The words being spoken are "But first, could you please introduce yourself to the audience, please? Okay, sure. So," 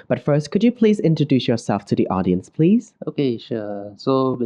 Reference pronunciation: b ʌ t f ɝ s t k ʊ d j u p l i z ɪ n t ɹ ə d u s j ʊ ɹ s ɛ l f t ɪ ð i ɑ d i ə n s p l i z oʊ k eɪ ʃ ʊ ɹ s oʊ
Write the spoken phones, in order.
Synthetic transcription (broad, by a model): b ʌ t f ɝ s t k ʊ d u p l i z ɪ n t ɹ ə d u s j ʊ ɹ s ɛ l f t ɪ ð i ɑ d i ə n s p l i z oʊ k eɪ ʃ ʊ s oʊ